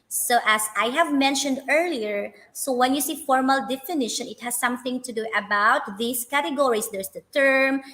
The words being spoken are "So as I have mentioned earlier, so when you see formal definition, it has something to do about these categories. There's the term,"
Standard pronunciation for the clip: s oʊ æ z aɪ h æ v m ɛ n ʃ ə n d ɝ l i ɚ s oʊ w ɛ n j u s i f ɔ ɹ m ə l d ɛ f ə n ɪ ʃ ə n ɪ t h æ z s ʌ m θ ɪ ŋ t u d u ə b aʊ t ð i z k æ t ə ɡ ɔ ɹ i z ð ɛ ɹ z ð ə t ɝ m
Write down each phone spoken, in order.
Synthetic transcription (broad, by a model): s oʊ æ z aɪ h æ v m ɛ n ʃ ə n d ɝ l i ɚ s oʊ w ɛ n j u s i f ɔ ɹ m ə l d ɛ f ə n ɪ ʃ ə n ɪ t h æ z s ʌ m θ ɪ ŋ t u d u ə b aʊ t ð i s k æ t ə ɡ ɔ ɹ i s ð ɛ ɹ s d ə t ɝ m